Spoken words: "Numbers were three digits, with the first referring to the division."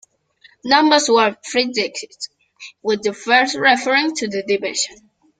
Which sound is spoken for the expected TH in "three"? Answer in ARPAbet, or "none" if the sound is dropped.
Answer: F